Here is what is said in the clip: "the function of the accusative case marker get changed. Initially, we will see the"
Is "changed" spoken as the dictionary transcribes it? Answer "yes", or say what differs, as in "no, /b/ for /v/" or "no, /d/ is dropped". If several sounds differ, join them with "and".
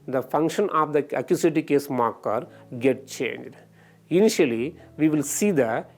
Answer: yes